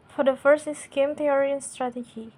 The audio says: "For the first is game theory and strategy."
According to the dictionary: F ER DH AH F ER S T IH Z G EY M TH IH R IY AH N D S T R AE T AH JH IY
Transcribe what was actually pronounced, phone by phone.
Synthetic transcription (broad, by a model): F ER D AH F ER S T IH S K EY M T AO R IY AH N S T R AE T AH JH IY